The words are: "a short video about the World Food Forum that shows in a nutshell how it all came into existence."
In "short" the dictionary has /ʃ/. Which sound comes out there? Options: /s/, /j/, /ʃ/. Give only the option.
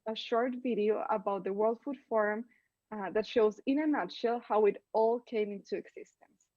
/ʃ/